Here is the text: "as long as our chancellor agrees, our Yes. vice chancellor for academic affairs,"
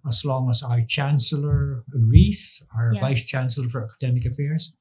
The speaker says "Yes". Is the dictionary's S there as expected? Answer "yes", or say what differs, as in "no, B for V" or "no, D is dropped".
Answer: no, S is dropped